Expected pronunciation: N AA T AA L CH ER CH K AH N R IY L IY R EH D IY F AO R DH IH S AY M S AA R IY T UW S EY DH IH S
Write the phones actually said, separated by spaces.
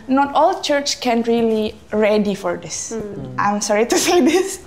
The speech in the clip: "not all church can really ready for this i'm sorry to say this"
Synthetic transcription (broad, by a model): N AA T AA L CH ER CH K AH N R IY L IY R EH D IY F AO R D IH S AY M S AA R IY T UW S EY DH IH S